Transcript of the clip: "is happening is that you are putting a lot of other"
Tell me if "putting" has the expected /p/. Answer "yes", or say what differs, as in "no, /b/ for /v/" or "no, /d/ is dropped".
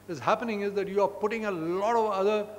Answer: yes